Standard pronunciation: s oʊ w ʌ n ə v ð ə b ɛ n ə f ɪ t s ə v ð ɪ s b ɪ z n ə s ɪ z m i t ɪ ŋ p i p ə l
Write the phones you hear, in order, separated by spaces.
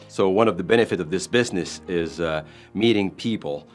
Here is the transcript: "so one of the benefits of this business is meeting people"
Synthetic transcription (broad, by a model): s oʊ w ʌ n ə v ð ə b ɛ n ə f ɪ t ə v ð ɪ s b ɪ z n ə s ɪ z m i t ɪ ŋ p i p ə l